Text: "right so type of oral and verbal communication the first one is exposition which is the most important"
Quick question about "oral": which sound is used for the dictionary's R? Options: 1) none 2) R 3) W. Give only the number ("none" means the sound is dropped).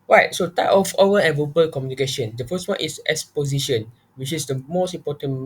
3